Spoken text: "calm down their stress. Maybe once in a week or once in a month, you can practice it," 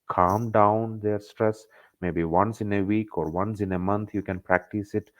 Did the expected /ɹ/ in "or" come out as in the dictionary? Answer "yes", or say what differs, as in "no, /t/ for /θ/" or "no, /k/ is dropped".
yes